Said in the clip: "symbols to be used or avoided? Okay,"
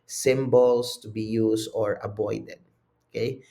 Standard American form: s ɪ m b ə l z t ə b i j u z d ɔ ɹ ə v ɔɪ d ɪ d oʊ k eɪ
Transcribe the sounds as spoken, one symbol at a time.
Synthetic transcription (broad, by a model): s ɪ m b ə l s t ə b i j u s ɔ ɹ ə b ɔɪ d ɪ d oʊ k eɪ